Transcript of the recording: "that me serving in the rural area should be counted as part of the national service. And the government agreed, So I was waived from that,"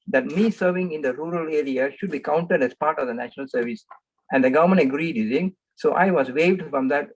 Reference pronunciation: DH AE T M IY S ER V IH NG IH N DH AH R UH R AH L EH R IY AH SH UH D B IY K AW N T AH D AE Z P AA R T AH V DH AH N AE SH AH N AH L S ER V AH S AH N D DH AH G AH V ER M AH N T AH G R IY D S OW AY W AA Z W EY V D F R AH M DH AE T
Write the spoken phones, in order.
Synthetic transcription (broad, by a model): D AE T M IY S ER V IH NG IH N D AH R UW R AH L EH R IY AH SH UH D B IY K AW N T AH D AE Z P AA R T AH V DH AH N AE SH AH N AH L S ER V AH S AH N D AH G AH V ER M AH N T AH G R IY D S OW AY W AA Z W EY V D F R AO M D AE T